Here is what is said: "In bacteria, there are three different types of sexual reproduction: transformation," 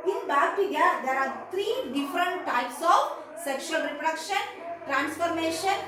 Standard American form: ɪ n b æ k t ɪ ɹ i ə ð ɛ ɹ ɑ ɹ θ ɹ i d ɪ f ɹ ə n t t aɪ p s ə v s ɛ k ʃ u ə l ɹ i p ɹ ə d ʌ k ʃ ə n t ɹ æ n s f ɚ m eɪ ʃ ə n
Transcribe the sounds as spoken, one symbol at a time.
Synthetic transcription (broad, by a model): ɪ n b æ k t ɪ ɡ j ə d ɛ ɹ ɑ ɹ t ɹ i d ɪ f ɹ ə n t t aɪ p s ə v s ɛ k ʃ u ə l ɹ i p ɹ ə d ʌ k ʃ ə n t ɹ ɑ n s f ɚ m eɪ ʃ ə n